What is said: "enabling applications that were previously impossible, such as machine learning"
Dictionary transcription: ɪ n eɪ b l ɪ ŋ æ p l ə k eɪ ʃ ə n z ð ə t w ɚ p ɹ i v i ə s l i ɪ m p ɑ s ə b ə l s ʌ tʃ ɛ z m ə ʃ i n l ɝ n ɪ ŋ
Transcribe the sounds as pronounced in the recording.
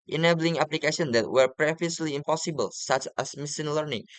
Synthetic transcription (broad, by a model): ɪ n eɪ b l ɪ ŋ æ p l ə k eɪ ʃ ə n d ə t w ɚ p ɹ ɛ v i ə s l i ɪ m p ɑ s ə b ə l s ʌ tʃ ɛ s m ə s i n l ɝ n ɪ ŋ